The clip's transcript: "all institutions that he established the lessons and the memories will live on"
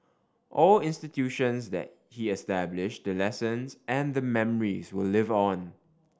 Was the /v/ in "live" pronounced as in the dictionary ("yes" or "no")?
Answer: yes